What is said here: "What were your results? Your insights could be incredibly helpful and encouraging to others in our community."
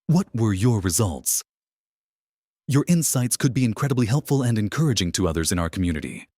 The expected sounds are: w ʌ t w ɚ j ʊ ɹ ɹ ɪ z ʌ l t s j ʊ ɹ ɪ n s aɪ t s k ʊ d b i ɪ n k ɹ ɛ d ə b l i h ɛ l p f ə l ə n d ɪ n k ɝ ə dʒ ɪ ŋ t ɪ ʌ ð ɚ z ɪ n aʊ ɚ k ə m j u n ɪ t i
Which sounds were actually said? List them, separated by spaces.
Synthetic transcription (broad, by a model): w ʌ t w ɚ j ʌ ɹ ɹ ɪ z ʌ l t s j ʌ ɹ ɪ n s aɪ t s k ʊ d b i ɪ n k ɹ ɛ d ə b l i h ɛ l p f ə l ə n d ɪ n k ɝ ə dʒ ɪ ŋ t ɪ ʌ ð ɚ z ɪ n aʊ ɚ k m j u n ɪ t i